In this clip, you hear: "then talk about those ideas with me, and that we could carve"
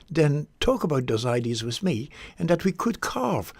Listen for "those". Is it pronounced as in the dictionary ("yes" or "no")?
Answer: yes